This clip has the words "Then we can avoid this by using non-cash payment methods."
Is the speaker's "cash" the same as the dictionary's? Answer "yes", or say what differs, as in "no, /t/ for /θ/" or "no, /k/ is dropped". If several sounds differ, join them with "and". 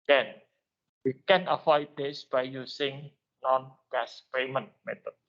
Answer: no, /s/ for /ʃ/